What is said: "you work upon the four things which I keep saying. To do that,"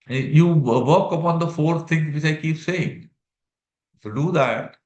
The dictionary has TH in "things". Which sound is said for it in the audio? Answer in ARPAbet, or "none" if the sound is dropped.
T